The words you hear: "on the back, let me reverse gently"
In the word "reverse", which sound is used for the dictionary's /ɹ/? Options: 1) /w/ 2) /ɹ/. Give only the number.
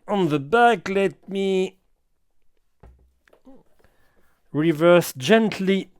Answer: 2